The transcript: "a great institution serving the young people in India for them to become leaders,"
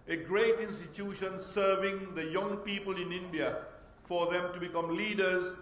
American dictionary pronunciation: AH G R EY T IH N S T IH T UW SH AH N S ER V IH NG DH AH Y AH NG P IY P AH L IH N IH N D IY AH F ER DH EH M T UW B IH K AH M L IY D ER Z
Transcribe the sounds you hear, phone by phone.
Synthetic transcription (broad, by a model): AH G R EY T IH N S T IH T UW SH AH N S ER V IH NG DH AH Y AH NG P IY P AH L IH N IH N D IY AH F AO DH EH M T UW B IH K AH M L IY D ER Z